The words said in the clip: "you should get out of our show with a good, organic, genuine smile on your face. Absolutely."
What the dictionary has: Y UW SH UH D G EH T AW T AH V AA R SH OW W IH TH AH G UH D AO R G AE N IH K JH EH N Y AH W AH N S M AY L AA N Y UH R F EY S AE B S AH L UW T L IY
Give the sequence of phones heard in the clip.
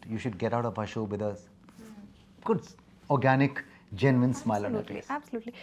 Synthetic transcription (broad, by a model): Y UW SH UH D G EH T AW T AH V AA SH OW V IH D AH G UH D AO R G AE N IH K JH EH N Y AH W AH N S M AY L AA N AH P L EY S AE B S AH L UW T L IY